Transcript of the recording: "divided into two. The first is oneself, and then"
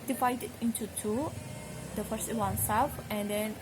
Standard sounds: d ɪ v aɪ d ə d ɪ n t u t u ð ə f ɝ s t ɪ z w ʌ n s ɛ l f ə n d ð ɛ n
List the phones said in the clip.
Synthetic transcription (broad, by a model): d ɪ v aɪ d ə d ɪ n t u t u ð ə f ɝ s t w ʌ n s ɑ f ə n d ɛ n